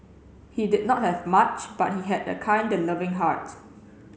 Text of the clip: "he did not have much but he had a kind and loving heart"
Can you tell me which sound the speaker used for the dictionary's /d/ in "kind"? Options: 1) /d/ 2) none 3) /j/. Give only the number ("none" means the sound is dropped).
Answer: 1